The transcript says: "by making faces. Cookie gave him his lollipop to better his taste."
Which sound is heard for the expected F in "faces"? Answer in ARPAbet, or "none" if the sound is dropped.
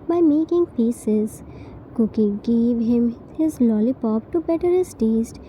P